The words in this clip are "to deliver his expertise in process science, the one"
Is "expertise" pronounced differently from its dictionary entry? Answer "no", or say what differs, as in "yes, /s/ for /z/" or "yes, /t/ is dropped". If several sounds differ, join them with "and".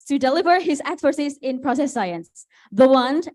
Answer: yes, /s/ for /t/